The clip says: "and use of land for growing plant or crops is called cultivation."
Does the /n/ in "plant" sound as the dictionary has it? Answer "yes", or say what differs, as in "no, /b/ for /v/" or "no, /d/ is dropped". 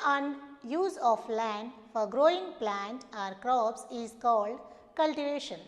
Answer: yes